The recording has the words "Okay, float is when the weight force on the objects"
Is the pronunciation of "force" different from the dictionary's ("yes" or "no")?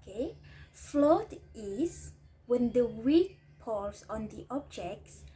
yes